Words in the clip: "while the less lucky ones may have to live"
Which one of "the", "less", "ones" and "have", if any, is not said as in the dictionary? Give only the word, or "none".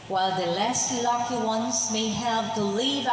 have